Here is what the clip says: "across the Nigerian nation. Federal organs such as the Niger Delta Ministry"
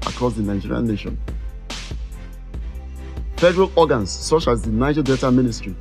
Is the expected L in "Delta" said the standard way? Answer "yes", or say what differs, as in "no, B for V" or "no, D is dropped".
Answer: no, L is dropped